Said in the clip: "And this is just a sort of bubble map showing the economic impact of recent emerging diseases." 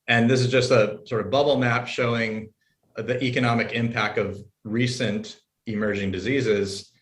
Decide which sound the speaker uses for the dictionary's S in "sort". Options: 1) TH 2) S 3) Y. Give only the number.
2